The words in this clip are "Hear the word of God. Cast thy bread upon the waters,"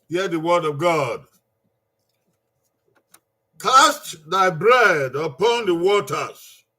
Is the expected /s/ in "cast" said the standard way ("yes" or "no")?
yes